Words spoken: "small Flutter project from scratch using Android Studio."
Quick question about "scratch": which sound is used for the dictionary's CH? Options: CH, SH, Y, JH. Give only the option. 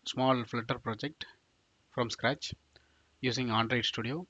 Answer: CH